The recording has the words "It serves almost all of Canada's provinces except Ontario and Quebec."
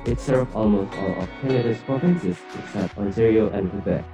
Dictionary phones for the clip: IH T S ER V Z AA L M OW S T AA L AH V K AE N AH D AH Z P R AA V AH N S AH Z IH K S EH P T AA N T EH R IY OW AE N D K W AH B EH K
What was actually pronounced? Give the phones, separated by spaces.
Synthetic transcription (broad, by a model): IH T S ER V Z AA L M OW S T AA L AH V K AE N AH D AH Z P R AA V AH N S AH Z IH K S EH P T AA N S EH R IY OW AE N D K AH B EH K